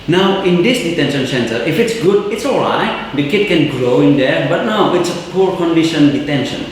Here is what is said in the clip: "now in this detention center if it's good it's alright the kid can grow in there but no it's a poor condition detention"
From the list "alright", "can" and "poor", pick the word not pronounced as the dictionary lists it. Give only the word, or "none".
none